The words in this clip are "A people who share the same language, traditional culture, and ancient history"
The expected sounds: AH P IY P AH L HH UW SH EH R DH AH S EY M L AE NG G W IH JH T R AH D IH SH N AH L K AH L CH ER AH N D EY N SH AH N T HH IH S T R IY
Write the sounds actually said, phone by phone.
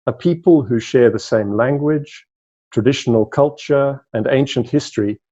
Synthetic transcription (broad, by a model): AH P IY P AH L HH UW SH EH R DH AH S EY M L AE NG G W IH JH T R AH D IH SH N AH L K AH L CH ER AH N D EY N SH AH N T HH IH S T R IY